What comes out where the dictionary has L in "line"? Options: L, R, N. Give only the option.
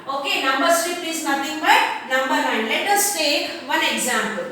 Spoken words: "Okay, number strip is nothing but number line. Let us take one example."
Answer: N